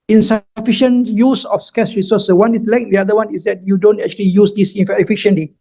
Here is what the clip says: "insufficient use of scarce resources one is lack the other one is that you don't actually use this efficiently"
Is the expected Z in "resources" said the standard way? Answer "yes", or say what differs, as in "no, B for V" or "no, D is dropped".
no, Z is dropped